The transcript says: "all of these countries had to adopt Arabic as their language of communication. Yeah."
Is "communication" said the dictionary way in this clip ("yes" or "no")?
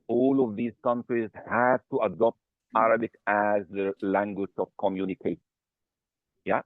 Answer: no